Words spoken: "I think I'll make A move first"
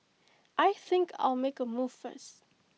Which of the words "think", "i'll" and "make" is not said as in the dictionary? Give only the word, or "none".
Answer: none